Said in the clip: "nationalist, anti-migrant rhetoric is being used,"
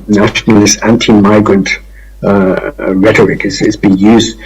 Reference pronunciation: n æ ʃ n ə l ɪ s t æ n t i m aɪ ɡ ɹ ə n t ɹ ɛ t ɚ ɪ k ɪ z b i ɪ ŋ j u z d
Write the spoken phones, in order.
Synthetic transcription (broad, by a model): n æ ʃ n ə l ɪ s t æ n t i m aɪ ɡ ɹ ə n t ɹ ɛ t ɚ ɪ k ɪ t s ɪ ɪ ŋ j u z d